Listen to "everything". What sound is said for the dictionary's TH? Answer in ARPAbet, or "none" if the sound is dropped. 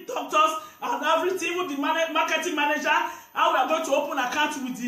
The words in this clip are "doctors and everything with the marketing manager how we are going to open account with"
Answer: T